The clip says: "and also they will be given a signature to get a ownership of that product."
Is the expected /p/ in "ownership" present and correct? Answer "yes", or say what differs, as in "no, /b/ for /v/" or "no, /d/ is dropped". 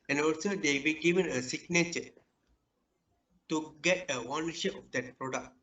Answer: no, /p/ is dropped